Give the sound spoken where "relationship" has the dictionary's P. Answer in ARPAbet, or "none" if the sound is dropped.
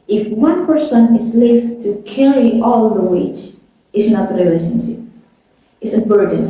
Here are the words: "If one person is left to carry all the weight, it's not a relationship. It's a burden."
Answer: none